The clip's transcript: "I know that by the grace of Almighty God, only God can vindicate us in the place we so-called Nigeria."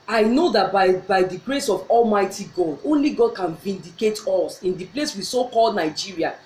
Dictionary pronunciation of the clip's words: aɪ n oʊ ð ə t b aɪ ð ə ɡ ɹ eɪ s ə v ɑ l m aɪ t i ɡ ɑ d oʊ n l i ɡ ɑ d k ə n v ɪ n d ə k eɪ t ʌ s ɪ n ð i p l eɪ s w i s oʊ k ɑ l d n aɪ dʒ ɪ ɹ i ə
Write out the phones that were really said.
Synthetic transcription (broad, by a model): aɪ n oʊ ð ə t b aɪ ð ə ɡ ɹ eɪ s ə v ɑ l m aɪ t i ɡ ɑ d oʊ n l i ɡ ɑ d k ə n v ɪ n d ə k eɪ t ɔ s ɪ n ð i p l eɪ s w i s oʊ k ɑ l d n aɪ dʒ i ɹ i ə